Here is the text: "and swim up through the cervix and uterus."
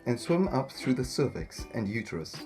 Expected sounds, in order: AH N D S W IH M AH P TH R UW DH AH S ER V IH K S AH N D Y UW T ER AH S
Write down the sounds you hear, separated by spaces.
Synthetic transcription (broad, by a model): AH N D S W IH M AH P TH R UW DH AH S ER V IH K S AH N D Y UW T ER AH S